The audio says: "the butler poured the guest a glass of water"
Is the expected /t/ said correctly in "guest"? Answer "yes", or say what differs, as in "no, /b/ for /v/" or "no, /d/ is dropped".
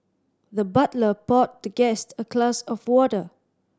yes